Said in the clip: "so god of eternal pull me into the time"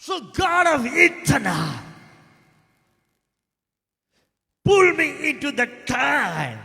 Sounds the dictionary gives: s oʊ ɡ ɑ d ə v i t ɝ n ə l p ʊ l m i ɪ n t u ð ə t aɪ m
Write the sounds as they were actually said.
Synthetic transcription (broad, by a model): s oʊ ɡ ɑ d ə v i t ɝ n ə p ʊ l m i ɪ n t u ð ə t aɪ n